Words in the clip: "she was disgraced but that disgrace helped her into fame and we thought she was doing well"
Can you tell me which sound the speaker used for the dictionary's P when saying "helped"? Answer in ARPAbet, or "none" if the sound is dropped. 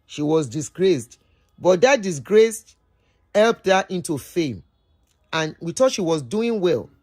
P